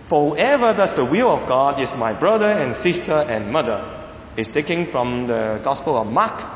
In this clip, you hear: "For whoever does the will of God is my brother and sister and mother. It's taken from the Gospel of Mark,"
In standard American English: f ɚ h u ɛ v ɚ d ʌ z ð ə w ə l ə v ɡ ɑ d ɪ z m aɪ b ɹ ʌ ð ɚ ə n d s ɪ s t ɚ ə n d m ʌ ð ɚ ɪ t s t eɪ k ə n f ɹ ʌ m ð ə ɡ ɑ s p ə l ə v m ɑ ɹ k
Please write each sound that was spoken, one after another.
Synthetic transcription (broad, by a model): f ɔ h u ɛ v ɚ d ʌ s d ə w ə l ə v ɡ ɑ d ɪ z m aɪ b ɹ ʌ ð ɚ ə n s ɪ s t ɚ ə n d m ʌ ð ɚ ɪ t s t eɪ k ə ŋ f ɹ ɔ m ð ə ɡ ɑ s p ə l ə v m ɑ k